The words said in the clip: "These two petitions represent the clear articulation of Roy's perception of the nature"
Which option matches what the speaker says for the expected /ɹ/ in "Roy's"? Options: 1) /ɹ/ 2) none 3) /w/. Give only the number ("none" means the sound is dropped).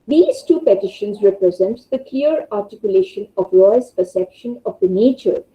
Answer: 3